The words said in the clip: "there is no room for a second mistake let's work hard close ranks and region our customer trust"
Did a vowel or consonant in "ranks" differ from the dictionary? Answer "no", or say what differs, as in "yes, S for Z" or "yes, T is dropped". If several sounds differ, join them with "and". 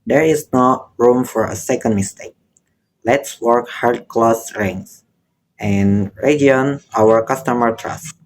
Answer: yes, K is dropped